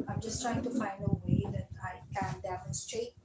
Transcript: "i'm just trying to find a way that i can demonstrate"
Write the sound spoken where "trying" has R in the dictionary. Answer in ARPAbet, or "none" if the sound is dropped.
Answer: R